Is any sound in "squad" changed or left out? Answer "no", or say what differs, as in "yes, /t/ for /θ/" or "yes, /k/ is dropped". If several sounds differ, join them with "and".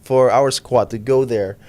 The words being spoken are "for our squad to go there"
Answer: no